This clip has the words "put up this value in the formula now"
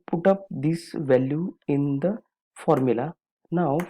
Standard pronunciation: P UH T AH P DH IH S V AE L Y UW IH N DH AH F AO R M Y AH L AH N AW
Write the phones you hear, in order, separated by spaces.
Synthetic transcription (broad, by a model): P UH T AH P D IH S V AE L Y UW IH N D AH F AO R M Y AH L AH N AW